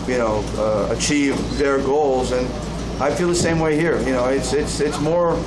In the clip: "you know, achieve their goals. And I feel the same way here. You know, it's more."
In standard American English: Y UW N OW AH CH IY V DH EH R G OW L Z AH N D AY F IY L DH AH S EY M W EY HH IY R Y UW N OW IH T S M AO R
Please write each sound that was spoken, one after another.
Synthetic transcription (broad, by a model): Y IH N OW AH CH IY V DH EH R G OW L Z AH N AY F IY L DH AH S EY M W EY HH IY R Y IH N OW IH T S M AO R